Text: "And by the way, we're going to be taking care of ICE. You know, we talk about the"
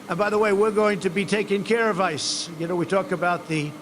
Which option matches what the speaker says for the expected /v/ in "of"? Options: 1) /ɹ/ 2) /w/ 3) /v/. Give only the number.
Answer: 3